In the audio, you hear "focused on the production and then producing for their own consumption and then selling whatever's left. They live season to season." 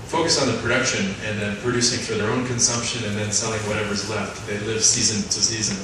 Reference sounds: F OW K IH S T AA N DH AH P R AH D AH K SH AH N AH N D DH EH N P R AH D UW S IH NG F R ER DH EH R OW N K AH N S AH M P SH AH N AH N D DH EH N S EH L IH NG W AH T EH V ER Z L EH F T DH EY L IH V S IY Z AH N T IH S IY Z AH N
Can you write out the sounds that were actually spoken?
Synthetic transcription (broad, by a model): F OW K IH S N DH AH P R AH D AH K SH AH N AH N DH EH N P R AH D UW S IH NG F R ER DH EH R OW N K AH N S AH M P SH AH N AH N DH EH N S EH L IH NG W AH T EH V ER Z L EH F T DH EY L IH V S IY Z AH N T IH S IY Z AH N